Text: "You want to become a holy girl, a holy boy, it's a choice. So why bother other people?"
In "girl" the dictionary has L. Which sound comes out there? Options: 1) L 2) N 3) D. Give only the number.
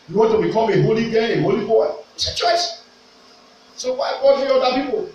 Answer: 2